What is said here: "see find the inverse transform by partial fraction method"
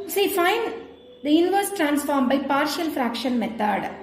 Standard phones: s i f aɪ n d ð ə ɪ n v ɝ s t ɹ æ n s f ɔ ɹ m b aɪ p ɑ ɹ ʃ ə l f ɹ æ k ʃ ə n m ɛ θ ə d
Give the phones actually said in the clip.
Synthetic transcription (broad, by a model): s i f aɪ n d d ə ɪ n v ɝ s t ɹ æ n s f ɔ ɹ m b aɪ p ɑ ɹ ʃ ə l f ɹ æ k ʃ ə n m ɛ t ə d